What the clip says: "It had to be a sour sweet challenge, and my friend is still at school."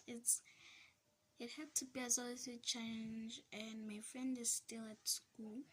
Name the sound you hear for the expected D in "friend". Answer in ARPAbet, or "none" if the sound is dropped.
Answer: D